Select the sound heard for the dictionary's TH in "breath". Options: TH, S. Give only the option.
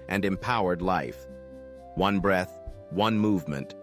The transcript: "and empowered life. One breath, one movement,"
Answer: TH